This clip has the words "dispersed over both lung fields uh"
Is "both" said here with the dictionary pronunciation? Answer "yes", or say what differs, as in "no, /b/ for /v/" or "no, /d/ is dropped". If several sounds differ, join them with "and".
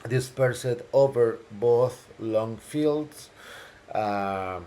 yes